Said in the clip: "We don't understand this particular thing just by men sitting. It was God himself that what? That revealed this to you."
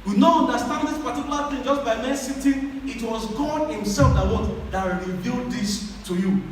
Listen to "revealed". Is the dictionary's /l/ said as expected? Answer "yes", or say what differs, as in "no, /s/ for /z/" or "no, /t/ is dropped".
yes